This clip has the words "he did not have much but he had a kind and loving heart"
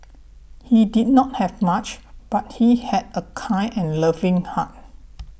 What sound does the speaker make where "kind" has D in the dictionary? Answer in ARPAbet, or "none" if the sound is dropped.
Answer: none